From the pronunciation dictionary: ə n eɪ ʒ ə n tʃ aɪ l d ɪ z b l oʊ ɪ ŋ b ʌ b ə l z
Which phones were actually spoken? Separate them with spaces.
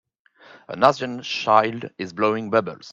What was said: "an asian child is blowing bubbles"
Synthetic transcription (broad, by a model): ə n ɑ z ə n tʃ aɪ l d ɪ z b l oʊ ɪ ŋ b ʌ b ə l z